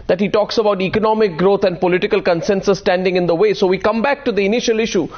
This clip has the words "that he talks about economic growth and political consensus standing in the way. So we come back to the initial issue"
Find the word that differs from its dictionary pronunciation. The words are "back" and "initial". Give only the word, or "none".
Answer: none